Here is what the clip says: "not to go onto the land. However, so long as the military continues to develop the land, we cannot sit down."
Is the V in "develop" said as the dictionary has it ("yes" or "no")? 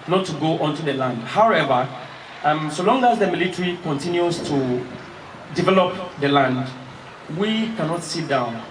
yes